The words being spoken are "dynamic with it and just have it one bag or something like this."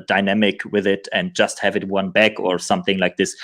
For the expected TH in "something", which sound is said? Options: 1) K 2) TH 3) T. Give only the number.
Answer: 2